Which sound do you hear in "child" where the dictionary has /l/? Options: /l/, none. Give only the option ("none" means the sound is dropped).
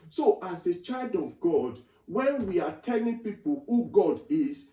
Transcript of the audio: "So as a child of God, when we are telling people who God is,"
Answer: /l/